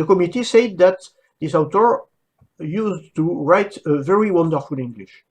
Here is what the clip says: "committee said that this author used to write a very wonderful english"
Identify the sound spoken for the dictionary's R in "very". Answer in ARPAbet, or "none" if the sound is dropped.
R